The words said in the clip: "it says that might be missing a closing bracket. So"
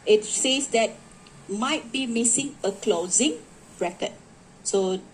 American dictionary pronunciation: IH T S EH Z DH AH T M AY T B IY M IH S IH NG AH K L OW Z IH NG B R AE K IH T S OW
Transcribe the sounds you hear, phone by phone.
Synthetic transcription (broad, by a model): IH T S EH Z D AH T M AY T B IY M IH S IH NG AH K L OW Z IH NG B R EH K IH T S OW